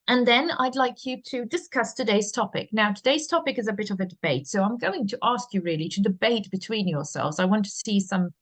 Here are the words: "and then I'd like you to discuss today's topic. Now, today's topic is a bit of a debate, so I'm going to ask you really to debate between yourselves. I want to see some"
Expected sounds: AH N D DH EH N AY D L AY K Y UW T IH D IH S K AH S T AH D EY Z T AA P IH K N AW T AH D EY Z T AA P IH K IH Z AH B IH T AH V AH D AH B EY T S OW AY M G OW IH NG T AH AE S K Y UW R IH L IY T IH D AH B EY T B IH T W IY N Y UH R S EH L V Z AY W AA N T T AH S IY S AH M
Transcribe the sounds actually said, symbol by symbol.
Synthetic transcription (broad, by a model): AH N DH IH N AY D L AY K Y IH T IH D IH S K AH S T AH D EY Z T AA P IH K N AW T AH D EY Z T AA P IH K IH Z AH B IH T AH V AH D AH B EY T S OW AY M G OW IH NG T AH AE S K Y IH R IH L IY T IH D AH B EY T B IH T W IY N Y UH R S EH L V Z AY W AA N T T AH S IY S AH M